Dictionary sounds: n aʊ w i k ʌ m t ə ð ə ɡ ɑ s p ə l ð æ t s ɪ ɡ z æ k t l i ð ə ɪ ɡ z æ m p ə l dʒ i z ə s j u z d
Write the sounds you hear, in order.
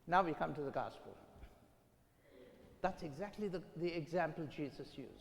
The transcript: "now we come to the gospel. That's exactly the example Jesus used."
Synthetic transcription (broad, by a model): n aʊ w i k ʌ m t ə ð ə ɡ ɑ s p ə l ð æ t s ɪ ɡ z æ k t l i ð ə ɪ ɡ z æ m p ə l dʒ i z ə s j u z